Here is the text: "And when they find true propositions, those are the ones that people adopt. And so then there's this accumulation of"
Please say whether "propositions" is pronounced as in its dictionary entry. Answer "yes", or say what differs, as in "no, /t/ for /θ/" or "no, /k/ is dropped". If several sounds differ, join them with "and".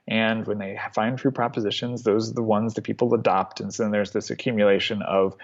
yes